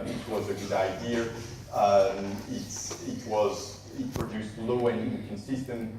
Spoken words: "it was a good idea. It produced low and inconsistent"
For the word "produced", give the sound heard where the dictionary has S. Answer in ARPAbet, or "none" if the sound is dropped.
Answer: S